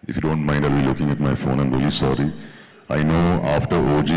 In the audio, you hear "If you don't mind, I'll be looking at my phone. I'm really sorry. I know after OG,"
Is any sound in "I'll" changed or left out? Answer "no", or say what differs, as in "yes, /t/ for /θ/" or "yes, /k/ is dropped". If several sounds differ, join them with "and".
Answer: no